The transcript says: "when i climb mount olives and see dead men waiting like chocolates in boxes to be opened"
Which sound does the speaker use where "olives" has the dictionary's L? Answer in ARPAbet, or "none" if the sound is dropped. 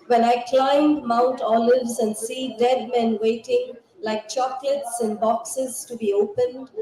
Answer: L